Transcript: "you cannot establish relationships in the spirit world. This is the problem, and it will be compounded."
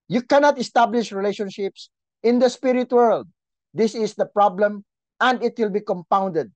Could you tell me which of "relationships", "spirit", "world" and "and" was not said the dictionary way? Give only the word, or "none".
none